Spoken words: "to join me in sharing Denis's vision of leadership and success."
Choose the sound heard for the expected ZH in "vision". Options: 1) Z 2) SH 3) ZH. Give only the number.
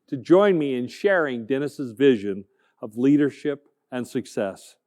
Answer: 3